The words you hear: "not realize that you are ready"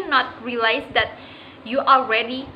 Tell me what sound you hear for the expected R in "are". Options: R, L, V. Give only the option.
L